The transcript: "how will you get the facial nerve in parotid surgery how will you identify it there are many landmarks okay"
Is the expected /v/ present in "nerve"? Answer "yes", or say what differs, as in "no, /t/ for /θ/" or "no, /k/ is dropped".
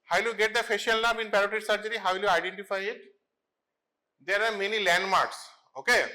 no, /b/ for /v/